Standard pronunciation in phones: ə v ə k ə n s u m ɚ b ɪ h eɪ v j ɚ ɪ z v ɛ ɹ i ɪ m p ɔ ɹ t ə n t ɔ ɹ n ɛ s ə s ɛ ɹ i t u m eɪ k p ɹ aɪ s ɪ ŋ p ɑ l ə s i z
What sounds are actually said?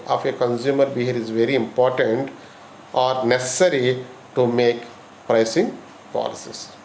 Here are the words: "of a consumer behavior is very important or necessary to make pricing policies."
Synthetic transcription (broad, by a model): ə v ə k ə n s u m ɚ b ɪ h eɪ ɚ ɪ z v ɛ ɹ i ɪ m p ɔ ɹ t ə n t ɔ ɹ n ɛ s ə s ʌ ɹ i t u m eɪ k p ɹ aɪ s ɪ ŋ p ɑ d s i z